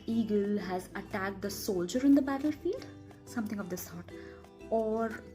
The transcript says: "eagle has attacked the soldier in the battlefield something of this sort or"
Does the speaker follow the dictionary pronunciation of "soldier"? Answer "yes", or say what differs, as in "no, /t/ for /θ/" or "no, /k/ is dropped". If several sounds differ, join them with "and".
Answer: yes